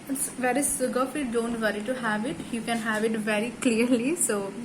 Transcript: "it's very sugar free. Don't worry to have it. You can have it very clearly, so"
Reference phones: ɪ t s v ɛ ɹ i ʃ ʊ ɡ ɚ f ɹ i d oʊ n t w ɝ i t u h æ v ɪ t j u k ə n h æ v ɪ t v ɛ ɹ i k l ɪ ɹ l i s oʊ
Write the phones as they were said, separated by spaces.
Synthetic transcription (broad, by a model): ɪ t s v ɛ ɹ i s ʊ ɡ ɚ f i d oʊ n t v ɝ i t u h æ v ɪ t j u k ə n h æ v ɪ t v ɛ ɹ i k l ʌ ɹ l i s oʊ